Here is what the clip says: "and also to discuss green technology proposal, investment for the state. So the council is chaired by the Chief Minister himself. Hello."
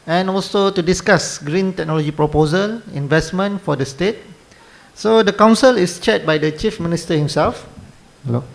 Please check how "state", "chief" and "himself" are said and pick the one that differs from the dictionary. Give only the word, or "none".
none